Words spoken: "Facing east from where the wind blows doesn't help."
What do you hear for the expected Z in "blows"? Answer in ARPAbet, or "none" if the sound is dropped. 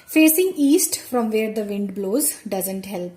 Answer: Z